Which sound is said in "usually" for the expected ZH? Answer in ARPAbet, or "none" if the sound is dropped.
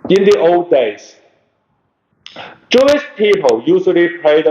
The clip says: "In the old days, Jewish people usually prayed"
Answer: S